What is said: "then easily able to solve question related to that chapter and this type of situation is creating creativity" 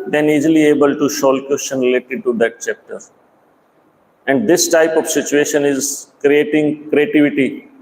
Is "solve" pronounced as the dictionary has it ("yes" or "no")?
no